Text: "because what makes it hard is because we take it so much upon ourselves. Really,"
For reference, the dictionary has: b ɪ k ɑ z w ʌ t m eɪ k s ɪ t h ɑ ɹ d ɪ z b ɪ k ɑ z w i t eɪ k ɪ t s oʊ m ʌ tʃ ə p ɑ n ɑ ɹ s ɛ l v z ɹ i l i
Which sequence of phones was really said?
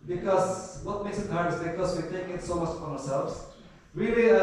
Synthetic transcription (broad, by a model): b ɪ k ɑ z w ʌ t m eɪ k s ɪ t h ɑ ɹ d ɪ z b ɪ k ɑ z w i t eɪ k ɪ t s oʊ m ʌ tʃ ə ɑ ɑ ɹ s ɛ l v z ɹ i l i